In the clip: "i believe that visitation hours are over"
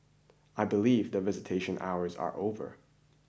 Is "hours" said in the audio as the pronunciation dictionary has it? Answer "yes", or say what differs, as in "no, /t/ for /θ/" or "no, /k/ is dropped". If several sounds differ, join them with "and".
yes